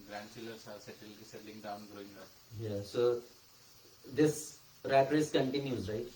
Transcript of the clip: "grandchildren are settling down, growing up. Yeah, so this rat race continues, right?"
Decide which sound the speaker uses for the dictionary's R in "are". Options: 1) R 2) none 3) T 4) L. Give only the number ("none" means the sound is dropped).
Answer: 4